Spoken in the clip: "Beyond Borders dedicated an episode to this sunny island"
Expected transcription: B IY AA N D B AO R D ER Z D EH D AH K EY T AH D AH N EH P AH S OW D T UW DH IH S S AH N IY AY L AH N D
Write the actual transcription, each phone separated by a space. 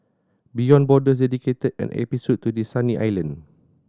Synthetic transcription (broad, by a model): B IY AA N B AO D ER S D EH D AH K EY T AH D AH N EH P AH S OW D T UW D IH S S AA N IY AY L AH N